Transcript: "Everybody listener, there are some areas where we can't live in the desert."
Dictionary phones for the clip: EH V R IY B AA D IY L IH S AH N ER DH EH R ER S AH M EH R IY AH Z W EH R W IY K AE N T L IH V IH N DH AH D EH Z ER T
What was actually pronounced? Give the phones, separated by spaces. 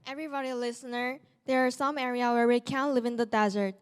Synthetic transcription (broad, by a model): EH V R IY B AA D IY L IH S AH N ER DH EH R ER S AH M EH R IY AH W EH R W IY K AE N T L IH V IH N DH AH D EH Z ER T